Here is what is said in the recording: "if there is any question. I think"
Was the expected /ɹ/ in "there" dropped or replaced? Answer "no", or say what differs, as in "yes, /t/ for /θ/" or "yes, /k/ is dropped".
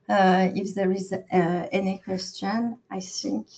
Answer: no